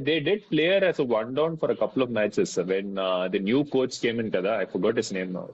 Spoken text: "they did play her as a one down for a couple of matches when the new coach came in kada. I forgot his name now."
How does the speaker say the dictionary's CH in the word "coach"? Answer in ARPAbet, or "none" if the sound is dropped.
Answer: S